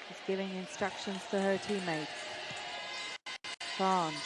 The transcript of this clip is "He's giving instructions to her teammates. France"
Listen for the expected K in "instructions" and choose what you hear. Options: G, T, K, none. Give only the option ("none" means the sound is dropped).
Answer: K